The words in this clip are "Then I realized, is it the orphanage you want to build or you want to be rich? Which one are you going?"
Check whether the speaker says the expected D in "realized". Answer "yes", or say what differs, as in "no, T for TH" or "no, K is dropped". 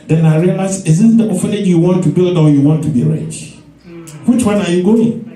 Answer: no, D is dropped